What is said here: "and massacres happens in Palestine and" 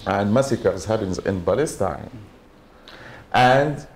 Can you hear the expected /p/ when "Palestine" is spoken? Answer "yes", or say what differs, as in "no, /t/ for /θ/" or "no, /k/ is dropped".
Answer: no, /b/ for /p/